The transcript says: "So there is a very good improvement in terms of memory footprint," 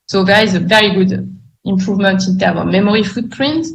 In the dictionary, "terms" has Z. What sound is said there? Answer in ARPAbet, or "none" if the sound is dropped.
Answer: none